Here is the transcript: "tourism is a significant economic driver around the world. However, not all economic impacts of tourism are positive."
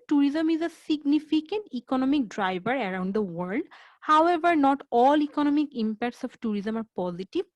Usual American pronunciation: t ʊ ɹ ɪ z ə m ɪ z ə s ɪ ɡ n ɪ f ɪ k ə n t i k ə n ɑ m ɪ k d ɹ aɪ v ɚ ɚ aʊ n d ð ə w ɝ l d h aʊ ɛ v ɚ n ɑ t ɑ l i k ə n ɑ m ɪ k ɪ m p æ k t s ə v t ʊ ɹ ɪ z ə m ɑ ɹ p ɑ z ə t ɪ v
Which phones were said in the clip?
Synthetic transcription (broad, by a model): t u ɹ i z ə m ɪ z ə s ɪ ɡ n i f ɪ k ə n t i k ə n ɑ m ɪ k d ɹ aɪ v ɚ ɚ aʊ n d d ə w ɝ l d h aʊ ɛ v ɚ n ɑ t ɑ l i k ə n ɑ m ɪ k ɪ m p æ k t s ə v t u ɹ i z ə m ɑ ɹ p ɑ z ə t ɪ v